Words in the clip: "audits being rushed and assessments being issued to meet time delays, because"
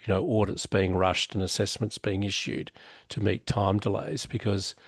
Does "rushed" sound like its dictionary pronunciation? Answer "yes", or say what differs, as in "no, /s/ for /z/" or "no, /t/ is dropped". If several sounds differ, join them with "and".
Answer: yes